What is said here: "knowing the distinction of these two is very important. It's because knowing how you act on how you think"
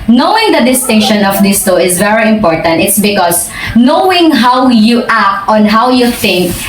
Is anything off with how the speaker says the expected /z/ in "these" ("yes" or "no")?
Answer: yes